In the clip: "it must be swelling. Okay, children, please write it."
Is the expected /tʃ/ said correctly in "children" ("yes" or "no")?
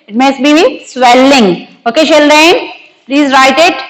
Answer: no